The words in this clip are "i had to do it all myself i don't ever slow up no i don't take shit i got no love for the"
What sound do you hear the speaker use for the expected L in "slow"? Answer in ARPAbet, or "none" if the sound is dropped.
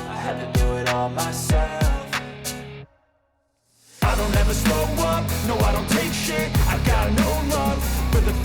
none